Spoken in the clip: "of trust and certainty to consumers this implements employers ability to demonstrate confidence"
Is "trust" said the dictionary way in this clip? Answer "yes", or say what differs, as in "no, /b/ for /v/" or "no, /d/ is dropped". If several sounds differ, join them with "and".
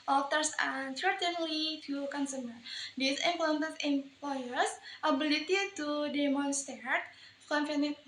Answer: no, /ɹ/ is dropped